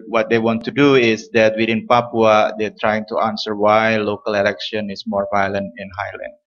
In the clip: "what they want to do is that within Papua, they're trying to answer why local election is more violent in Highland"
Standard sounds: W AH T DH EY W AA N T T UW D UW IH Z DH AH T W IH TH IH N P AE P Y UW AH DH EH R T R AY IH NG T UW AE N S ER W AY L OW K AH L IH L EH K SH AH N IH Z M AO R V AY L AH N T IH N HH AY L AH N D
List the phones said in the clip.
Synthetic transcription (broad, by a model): W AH T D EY W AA N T T UW D UW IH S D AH T W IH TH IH N P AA P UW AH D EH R T R AY IH NG T UW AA N S ER W AY L OW K AH L IH L EH K SH AH N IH S M AO R V AY L AH N T IH N HH AY L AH N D